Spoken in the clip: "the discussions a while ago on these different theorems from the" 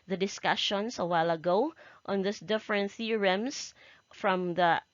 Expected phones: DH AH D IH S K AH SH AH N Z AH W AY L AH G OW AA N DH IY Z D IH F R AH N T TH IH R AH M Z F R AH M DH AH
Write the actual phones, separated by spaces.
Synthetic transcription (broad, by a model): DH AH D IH S K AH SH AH N S AH W AY L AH G OW AA N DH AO S D IH F R AH N T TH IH R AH M S F R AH M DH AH